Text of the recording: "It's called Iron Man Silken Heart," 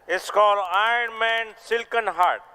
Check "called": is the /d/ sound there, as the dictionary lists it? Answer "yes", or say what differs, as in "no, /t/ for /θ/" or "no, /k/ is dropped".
no, /d/ is dropped